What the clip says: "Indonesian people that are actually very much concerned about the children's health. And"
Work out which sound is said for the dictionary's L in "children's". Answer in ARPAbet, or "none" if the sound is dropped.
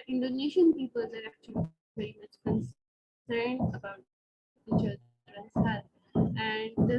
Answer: none